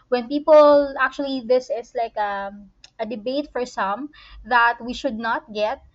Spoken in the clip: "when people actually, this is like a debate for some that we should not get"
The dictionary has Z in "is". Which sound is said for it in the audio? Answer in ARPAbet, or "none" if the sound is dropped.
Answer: S